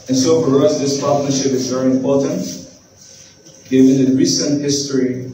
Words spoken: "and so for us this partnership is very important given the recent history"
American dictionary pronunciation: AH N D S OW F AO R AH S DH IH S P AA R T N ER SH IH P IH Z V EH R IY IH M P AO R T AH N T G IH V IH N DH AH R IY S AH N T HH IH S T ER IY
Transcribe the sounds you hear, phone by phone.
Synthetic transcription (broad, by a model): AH N S OW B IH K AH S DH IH S P AA R T N ER SH IH P IH Z V EH R IY IH M P AO R T AH N T G IH V IH N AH R IY S AH N T HH IH S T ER IY